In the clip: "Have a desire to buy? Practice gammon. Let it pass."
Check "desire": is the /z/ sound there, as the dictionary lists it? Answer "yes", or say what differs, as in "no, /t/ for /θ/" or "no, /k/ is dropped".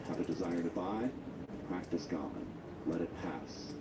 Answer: yes